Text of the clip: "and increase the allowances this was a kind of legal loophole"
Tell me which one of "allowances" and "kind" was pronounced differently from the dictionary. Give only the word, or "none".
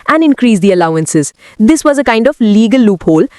none